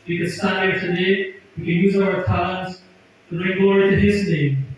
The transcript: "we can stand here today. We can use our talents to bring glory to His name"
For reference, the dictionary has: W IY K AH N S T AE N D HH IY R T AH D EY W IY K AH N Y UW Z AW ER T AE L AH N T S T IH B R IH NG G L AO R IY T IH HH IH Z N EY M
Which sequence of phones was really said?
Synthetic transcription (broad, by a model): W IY K AH N S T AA D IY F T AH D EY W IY K AH N Y UW Z AW ER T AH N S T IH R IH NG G AO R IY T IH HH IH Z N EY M